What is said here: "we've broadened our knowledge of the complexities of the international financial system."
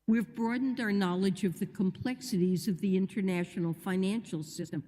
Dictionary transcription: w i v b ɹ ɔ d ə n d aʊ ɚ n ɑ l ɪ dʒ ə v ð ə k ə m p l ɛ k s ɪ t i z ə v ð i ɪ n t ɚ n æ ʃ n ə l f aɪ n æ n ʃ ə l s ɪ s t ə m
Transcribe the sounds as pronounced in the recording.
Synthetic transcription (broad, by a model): w i v b ɹ ɔ d n d aʊ ɚ n ɑ l ɪ dʒ ə v ð ə k ə m p l ɛ k s ɪ t i z ə v ð i ɪ n t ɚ n æ ʃ n l f aɪ n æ n ʃ l s ɪ s t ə m